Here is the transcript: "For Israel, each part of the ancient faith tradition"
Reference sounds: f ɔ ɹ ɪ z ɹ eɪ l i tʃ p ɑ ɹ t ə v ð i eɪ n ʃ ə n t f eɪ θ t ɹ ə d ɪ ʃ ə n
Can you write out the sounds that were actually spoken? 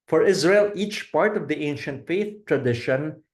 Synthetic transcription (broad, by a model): f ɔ ɹ ɪ z ɹ eɪ l i tʃ p ɑ ɹ t ə v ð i eɪ n ʃ ə n t f eɪ θ t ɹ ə d ɪ ʃ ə n